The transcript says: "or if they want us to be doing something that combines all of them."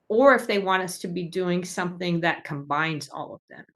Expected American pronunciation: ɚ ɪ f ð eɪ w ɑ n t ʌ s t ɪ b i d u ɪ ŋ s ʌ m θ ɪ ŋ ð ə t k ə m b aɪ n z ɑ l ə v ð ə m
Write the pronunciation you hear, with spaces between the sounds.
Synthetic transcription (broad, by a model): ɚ ɪ f ð eɪ w ɑ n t ʌ s t ɪ b i d u ɪ ŋ s ʌ m θ ɪ ŋ ð ə t k ə m b aɪ n z ɑ l ə v ð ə m